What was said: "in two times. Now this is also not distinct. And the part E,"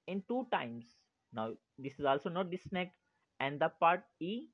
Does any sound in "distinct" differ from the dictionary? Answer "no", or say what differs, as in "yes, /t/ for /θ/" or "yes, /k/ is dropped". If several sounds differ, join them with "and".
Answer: yes, /ŋ/ is dropped and /t/ is dropped